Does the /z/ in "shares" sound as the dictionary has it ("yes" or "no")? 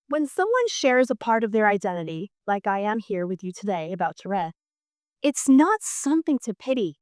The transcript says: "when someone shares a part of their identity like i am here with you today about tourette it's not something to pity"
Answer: yes